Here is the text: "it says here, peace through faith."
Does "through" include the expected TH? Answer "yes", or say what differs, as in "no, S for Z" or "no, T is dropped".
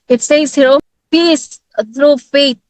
no, T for TH